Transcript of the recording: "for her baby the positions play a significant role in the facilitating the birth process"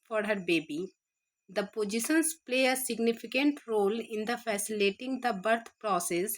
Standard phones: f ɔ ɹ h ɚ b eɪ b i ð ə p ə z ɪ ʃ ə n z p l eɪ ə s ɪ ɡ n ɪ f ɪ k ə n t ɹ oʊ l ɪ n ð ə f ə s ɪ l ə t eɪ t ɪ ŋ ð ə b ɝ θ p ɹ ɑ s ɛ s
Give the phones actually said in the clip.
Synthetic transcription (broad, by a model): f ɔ ɹ h ɚ b eɪ b i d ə p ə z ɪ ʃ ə n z p l eɪ ə s ɪ ɡ n ɪ f ɪ k ə n t ɹ oʊ l ɪ n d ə f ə s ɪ l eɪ t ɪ ŋ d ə b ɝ t p ɹ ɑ s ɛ s